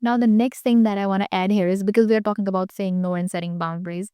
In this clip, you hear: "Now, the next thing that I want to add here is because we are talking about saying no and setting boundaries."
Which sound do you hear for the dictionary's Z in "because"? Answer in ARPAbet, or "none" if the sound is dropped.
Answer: Z